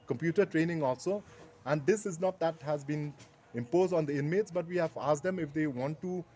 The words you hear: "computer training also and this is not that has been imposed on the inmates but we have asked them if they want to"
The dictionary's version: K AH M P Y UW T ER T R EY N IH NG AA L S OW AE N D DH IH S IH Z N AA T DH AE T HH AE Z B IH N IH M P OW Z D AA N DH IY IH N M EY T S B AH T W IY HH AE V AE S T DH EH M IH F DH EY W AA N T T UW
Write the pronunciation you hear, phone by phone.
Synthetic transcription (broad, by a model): K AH M P Y UW T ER T R EY N IH NG AA L S OW AE N D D IH S IH Z N AA T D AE T HH AE Z B IH N IH M P OW Z D AA N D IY IH N M EY T S B AH T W IY HH AE V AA S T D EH M IH F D EY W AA N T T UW